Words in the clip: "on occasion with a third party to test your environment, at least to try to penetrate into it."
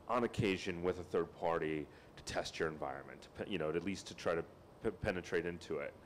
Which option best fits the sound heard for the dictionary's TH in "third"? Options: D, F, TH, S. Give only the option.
TH